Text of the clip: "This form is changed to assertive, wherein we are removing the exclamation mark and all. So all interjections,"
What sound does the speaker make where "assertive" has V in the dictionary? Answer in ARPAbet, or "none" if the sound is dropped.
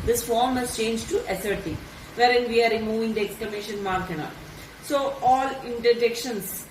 V